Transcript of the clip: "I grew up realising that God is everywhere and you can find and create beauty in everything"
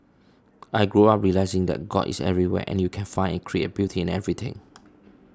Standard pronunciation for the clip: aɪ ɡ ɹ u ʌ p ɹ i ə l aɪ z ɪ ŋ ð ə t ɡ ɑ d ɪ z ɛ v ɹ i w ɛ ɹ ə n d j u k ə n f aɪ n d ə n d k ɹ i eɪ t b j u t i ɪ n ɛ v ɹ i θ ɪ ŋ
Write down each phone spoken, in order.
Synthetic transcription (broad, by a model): aɪ ɡ ɹ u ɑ p ɹ i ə l aɪ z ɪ ŋ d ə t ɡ ɑ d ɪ s ɛ v ɹ i w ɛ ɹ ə n j u k ə n f aɪ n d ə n k ɹ i eɪ t b j u t i ɪ n ɛ v ɹ i t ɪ ŋ